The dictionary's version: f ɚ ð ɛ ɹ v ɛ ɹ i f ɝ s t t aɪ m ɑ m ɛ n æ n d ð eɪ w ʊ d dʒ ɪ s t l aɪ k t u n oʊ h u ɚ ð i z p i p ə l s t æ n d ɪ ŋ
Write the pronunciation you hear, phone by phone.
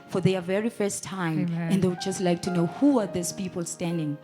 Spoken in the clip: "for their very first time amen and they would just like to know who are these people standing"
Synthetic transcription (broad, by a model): f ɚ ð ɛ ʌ v ɛ ɹ i f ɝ s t t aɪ ɑ m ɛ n n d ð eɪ w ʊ d dʒ ɪ s t l aɪ k t u n oʊ h u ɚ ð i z p i p ə l s t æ n d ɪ ŋ